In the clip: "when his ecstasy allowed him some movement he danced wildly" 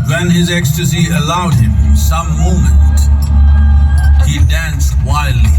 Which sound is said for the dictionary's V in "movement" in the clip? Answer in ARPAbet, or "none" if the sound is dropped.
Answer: none